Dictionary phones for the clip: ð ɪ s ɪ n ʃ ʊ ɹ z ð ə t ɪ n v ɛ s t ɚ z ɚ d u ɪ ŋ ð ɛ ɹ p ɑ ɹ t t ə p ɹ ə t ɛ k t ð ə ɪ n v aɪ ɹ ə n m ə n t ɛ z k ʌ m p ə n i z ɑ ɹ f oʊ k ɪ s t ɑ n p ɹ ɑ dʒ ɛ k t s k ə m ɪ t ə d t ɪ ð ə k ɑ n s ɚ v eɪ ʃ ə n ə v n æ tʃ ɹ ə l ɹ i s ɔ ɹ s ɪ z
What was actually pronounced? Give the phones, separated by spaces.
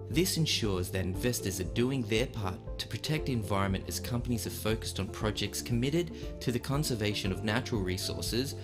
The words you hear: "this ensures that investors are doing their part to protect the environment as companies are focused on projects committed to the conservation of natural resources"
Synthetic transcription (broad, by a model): ð ɪ s ɪ n ʃ ʊ ɹ z ð ə t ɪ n v ɛ s t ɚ z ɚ d u ɪ ŋ ð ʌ ɹ p ɑ ɹ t t ə p ɹ ə t ɛ k t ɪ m v aɪ ɹ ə n m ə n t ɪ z k ʌ m p ə n i z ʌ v f oʊ k ɪ s t n p ɹ ɑ dʒ ɛ k t s k ə m ɪ t ə d t ɪ ð ə k ɑ n s ɚ v eɪ ʃ ə n ə v n æ tʃ ɹ l ɹ i s ɔ ɹ s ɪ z